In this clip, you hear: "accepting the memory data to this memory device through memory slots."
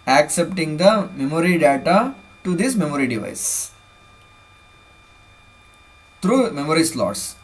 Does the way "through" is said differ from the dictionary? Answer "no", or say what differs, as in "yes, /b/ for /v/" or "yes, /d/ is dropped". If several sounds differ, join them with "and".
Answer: yes, /t/ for /θ/